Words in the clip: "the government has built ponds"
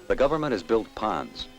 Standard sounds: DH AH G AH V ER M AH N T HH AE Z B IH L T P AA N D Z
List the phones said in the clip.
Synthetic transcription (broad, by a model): DH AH G AH V ER M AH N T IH Z B IH L T P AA N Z